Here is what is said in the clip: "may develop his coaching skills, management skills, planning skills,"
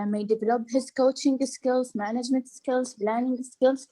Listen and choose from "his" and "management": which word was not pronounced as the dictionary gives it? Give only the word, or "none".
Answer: none